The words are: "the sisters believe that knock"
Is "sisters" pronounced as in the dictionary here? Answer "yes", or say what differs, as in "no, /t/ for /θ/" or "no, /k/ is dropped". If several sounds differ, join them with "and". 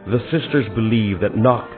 yes